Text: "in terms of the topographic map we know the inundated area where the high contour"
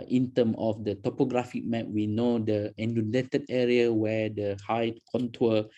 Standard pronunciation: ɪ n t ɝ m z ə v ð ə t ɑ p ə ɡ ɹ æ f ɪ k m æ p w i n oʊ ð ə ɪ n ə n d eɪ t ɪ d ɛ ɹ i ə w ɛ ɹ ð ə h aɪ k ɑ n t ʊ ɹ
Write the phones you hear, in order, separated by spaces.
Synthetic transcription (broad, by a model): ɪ n t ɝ m ə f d ə t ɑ p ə ɡ ɹ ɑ f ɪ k m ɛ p w i n oʊ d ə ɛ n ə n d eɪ t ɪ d ɛ ɹ i ə w ɛ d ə h aɪ k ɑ n t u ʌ